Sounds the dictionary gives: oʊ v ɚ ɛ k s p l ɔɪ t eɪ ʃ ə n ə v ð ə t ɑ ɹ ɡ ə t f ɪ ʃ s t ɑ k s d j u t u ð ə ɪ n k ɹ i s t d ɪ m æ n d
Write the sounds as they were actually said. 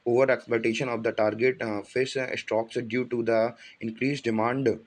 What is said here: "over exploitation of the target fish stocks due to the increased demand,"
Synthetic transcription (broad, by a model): oʊ v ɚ ɛ k s p l ɔɪ t eɪ ʃ ə n ə v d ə t ɑ ɹ ɡ ə t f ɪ s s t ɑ k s d j u t u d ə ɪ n k ɹ i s d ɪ m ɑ n d